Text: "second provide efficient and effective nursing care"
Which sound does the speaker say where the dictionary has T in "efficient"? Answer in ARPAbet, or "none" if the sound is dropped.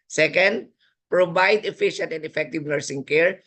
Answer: T